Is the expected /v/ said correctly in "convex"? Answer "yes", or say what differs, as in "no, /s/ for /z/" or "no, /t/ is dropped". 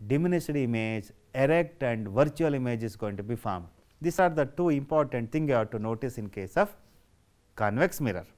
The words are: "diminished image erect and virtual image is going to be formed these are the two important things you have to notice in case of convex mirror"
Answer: yes